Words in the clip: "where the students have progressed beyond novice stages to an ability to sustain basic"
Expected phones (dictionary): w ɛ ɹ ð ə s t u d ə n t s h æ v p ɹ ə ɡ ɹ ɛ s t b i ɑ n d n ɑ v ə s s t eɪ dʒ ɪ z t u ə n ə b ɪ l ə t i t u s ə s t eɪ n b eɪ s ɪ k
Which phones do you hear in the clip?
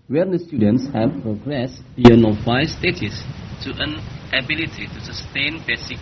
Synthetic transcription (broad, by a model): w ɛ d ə s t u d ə n t s h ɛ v p ɹ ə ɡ ɹ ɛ s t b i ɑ n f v ɑ ə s s t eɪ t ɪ s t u ə n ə b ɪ l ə t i t u s ə s t eɪ n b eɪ s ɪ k